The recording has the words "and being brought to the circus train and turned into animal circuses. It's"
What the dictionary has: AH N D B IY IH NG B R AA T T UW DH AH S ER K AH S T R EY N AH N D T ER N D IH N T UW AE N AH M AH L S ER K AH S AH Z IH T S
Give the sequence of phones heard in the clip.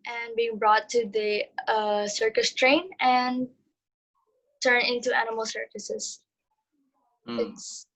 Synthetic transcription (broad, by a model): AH N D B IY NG B R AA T T UW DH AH S ER K AH S T R EY N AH N T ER N IH N T UW AE N AH M AH L S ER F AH S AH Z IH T S